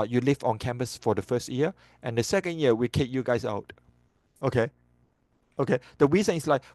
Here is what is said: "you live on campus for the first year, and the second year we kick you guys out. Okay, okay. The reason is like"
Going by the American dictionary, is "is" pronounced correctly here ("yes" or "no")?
no